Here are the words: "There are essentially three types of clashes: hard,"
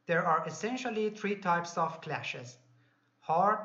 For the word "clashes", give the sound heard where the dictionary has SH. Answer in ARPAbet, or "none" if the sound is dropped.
SH